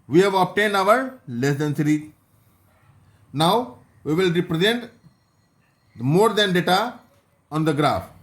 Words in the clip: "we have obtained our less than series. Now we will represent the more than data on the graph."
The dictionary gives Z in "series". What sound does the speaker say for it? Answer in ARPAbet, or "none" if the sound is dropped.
none